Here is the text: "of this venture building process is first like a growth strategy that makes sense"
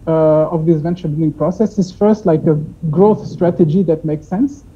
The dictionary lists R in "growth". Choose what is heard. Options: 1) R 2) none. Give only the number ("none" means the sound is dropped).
1